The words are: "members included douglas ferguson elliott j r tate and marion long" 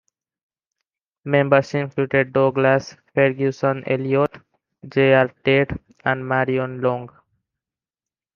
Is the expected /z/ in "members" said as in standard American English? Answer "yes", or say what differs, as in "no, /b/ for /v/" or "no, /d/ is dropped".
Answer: no, /s/ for /z/